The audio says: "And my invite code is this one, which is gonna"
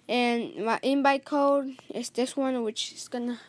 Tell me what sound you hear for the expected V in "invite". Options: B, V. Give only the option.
B